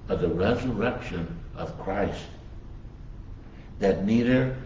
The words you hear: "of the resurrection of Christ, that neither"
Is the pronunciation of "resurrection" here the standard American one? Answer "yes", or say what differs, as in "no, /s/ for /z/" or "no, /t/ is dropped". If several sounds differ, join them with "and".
yes